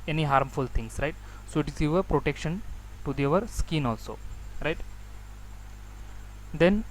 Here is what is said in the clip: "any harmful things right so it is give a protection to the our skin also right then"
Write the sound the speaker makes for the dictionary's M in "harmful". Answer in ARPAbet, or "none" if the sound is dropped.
M